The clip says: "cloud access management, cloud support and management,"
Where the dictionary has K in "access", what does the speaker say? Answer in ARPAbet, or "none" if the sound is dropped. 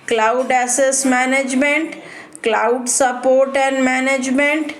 none